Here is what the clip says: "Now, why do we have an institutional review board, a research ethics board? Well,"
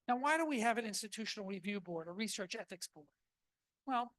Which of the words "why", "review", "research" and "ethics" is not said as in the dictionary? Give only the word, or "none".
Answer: none